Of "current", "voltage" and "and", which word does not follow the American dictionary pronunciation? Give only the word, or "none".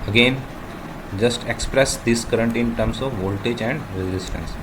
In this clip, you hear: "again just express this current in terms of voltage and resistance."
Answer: none